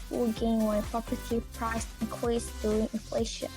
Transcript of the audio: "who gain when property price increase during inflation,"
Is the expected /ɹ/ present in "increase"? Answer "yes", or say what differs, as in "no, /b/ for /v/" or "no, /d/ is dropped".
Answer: no, /ɹ/ is dropped